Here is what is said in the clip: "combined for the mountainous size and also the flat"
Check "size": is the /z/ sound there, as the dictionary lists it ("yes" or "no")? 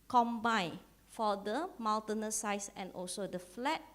no